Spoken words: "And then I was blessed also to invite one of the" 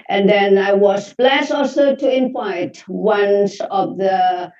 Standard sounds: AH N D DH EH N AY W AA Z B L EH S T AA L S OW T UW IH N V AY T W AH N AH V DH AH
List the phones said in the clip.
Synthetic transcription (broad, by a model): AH N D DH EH N AY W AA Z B L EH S AA L S OW T UW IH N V AY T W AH N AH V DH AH